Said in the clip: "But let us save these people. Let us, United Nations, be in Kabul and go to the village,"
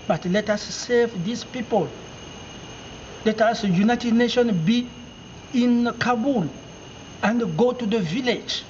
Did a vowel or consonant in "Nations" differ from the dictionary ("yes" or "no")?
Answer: yes